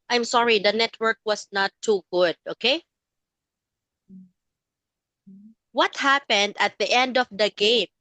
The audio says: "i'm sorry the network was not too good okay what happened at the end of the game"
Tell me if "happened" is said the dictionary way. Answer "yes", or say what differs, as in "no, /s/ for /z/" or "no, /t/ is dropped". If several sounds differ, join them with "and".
yes